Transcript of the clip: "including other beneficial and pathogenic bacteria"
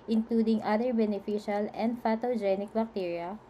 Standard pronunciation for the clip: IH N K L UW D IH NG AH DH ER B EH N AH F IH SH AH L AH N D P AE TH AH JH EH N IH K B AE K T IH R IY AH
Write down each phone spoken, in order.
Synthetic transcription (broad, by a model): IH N K L UW D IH NG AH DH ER B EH N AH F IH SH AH L AH N D F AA T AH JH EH N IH K B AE K T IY R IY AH